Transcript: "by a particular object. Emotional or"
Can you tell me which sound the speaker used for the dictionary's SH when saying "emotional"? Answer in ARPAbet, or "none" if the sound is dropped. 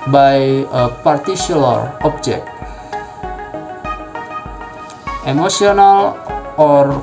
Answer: S